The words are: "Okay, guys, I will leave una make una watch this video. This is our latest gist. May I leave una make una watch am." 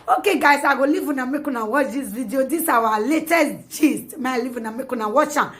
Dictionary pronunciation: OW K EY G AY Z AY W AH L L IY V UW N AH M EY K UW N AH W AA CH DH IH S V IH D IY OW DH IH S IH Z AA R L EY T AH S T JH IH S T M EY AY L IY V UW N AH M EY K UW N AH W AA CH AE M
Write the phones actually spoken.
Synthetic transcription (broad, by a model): OW K EY G AY S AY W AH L L IY V UW N AH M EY K UW N AH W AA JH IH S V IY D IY OW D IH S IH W AA L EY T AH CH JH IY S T M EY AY L IY V UW N AH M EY K UW N AH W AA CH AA